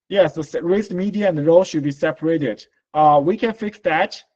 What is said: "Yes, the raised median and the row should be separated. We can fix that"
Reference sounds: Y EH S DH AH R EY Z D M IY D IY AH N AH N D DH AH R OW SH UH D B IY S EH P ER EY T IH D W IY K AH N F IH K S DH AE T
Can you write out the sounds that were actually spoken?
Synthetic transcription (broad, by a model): Y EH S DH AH R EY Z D M IY D IY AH AH N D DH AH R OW SH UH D B IY S EH P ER EY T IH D W IY K AH N F IH K S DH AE T